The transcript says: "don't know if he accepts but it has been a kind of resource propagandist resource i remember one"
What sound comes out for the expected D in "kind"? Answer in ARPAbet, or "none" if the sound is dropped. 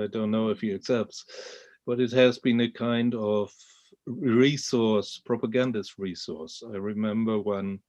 D